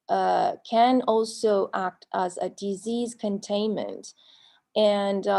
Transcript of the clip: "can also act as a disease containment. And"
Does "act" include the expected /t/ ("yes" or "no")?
yes